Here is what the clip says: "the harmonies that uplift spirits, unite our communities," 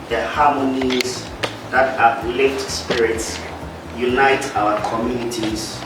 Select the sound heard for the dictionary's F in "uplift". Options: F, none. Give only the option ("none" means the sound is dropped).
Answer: none